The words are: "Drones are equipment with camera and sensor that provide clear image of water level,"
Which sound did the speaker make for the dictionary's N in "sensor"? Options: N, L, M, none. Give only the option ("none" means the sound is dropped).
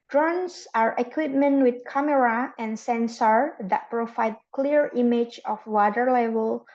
N